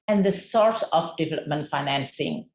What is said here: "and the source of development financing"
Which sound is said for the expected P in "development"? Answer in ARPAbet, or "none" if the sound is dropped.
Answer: P